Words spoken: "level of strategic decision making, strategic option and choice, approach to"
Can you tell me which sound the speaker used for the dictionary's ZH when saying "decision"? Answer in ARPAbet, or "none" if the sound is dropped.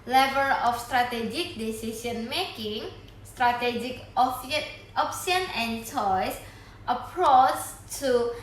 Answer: S